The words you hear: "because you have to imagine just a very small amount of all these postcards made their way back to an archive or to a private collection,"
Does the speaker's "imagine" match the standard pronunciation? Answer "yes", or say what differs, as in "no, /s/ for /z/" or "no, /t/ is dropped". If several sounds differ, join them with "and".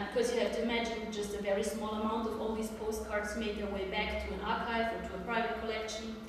yes